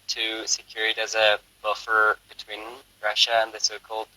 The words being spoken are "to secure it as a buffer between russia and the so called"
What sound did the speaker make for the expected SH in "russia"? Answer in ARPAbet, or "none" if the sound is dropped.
SH